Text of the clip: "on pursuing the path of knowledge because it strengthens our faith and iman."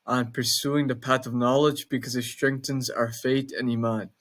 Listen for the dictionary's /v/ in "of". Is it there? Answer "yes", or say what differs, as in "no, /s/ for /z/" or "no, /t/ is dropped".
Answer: yes